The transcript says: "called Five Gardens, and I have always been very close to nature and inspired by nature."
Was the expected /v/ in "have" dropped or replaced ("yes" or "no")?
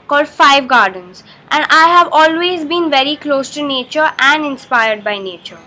no